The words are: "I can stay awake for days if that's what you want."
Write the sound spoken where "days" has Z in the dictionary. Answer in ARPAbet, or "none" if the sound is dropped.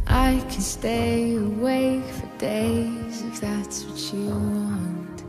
Z